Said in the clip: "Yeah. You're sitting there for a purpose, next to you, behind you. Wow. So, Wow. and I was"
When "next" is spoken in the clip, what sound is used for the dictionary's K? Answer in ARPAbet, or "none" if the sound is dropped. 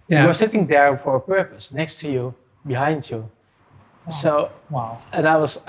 K